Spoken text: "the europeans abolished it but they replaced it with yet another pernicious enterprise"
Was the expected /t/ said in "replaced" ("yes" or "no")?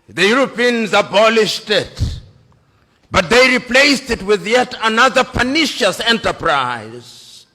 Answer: yes